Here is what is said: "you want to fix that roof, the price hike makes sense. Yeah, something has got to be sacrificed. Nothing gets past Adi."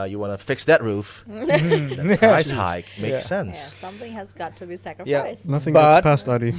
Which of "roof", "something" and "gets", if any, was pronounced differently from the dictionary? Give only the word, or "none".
gets